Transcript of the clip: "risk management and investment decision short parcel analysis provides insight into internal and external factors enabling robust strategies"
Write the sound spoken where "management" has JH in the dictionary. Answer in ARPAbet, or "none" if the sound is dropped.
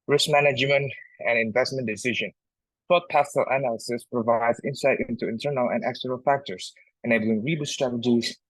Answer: JH